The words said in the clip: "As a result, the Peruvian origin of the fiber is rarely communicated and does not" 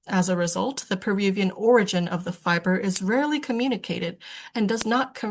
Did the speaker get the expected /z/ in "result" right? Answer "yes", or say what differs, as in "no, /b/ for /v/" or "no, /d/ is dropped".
yes